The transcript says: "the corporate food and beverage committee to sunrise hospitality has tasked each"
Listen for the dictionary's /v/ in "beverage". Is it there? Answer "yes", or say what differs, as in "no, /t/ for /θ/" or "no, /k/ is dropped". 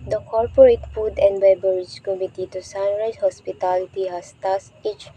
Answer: no, /b/ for /v/